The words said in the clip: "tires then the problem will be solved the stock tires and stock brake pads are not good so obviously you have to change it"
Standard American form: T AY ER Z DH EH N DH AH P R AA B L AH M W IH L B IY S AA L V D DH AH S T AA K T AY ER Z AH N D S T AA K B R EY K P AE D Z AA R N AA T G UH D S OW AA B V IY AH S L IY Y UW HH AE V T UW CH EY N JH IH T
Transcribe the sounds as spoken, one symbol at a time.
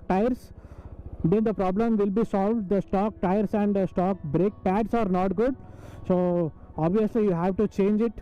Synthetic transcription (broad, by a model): T AY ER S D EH N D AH P R AA B L AH M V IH L B IY S AA L V D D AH S T AA K T AY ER S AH N D S T AA K B R EY K P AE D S AA R N AA T G UH D S OW AA B V IY AH S L IY Y UW HH AE V T UW CH EY N JH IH T